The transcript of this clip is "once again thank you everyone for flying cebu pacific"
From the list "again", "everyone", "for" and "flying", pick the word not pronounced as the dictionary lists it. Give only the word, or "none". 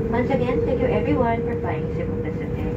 flying